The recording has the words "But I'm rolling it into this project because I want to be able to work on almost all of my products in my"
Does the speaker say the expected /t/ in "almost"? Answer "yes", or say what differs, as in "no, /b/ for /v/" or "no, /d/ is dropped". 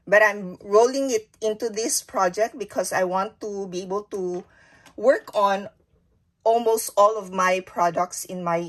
yes